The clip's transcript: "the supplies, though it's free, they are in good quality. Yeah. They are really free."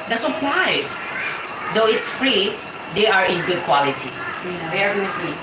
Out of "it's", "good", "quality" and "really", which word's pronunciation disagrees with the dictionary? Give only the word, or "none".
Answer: really